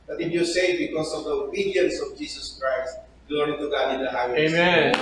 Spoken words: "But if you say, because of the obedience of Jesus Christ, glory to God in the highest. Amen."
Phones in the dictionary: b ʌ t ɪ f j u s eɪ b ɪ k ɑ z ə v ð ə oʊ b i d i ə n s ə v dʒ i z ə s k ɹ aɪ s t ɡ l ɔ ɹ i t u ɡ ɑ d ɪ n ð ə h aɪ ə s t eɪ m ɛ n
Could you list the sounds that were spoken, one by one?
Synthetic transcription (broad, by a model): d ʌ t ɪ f j u s eɪ b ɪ k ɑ s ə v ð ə oʊ b i d i ə n s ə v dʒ i s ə s k ɹ aɪ s t ɡ l ɔ ɹ i t u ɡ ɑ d ɪ n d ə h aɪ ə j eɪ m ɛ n